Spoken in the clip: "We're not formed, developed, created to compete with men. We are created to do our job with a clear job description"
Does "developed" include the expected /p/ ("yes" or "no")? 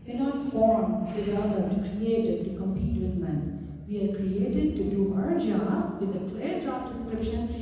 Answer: no